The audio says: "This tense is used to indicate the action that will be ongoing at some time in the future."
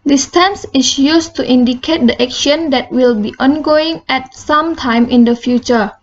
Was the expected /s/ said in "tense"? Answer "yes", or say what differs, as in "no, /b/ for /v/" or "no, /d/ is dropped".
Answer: yes